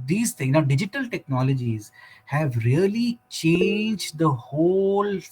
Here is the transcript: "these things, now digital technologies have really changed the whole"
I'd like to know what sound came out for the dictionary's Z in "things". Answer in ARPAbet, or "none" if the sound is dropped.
none